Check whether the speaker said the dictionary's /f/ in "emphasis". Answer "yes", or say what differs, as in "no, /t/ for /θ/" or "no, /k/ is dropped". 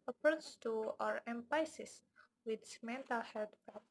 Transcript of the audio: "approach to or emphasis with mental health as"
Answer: no, /p/ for /f/